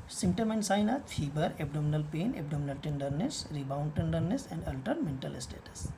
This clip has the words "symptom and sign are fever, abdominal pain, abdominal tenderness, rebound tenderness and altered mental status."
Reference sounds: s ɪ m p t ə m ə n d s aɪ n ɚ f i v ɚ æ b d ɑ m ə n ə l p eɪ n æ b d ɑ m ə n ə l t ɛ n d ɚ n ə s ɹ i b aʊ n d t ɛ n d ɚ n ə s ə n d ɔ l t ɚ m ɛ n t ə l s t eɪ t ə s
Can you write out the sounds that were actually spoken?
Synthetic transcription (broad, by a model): s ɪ m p t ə m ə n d s aɪ n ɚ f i b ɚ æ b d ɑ m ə n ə l p eɪ n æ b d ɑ m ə n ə l t ɛ n d ɚ n ə s ɹ i b aʊ n d t ɛ n d ɚ n ə s ə n d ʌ l t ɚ m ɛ n t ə l s t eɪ t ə s